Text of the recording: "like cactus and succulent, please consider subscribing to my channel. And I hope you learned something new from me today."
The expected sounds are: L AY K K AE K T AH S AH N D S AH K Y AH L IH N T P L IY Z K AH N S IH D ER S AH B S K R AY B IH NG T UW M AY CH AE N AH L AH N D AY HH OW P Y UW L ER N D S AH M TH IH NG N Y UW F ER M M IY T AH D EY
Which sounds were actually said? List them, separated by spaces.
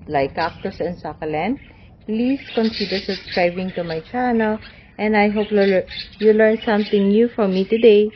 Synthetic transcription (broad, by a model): L AY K K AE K T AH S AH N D S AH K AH L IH N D P L IY S K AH N S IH D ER S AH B S K R AY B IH NG T UW M AY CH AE N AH L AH N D AY HH OW P Y UW L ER N S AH M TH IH NG N Y UW F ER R M IY T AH D EY